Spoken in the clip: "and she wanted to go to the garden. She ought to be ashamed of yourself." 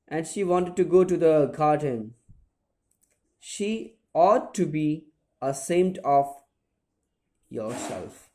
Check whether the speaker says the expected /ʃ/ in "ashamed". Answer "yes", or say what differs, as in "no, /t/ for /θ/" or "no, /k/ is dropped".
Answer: no, /s/ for /ʃ/